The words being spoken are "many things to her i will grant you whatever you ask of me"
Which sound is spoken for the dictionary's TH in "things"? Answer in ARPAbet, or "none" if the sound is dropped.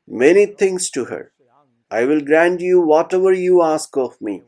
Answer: T